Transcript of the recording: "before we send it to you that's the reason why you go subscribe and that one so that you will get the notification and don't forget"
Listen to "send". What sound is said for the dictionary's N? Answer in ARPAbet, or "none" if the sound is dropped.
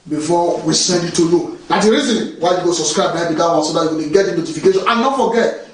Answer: N